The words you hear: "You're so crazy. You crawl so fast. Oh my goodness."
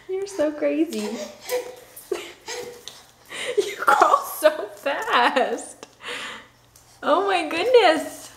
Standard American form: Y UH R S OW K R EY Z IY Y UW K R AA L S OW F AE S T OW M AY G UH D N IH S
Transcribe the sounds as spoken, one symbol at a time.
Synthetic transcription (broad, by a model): Y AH R S OW K R EY Z IY Y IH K AA L S OW F AE S T OW M AY G UH D N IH S